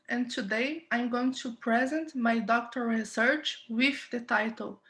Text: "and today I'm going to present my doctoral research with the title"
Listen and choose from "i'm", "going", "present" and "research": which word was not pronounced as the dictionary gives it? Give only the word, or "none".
none